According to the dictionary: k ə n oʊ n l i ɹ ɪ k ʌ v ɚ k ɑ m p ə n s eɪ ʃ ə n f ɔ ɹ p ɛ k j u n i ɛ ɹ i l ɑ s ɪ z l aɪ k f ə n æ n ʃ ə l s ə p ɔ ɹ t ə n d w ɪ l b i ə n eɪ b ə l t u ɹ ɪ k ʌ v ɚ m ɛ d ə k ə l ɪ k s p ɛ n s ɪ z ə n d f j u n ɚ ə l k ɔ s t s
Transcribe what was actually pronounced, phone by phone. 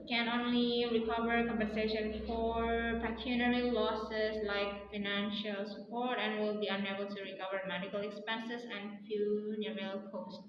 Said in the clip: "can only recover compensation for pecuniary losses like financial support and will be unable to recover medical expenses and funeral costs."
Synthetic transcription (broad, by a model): k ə n oʊ n l i ɹ ɪ k ʌ v ɚ k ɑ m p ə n s eɪ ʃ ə n f ɔ ɹ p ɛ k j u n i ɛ ɹ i l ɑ s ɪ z l aɪ k f ə n æ n ʃ ə l s ə p ɔ ɹ t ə n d w ɪ l b i ə n eɪ b ə l t u ɹ ɪ k ʌ v ɚ m ɛ d ə k ə l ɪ k s p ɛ n s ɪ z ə n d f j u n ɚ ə l k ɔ s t